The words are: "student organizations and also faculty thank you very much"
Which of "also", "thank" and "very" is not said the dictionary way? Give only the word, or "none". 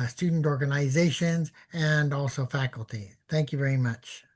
none